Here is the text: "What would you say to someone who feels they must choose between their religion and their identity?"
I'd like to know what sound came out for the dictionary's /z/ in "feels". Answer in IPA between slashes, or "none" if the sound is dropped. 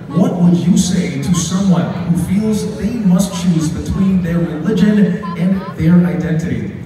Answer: /z/